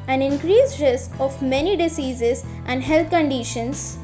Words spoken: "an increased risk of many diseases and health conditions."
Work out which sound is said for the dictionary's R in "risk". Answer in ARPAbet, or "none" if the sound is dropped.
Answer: R